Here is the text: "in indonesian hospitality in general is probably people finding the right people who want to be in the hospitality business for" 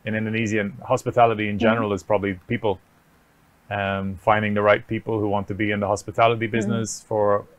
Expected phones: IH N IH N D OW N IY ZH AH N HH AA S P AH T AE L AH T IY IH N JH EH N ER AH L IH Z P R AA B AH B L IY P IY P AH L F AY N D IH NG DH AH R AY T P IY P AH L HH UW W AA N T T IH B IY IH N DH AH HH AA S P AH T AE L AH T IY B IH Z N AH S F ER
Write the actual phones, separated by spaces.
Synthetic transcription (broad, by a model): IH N IH N D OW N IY Z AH N HH AA S P AH T AE L AH T IY IH N JH EH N ER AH L IH Z P R AA B AH B L IY P IY P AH L F AY N D IH NG DH AH R AY T P IY P AH L HH UW W AA N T T IH B IY IH N DH AH HH AA S P AH T AE L AH T IY B IH Z N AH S F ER